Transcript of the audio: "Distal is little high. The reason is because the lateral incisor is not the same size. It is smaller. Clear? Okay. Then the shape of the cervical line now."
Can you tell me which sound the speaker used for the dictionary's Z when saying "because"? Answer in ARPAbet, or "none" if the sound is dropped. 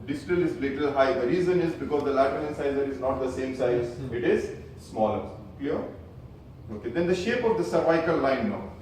Z